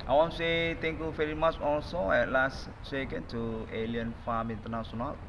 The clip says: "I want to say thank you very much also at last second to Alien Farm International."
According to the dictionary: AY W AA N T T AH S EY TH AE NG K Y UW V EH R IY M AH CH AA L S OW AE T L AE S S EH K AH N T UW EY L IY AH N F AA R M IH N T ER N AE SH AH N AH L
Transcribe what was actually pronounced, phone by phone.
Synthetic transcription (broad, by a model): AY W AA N S EY T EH NG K Y UW F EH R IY M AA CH AA L S OW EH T L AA S S EH K AH N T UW EY L IY AH N F AA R M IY N T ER N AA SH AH N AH L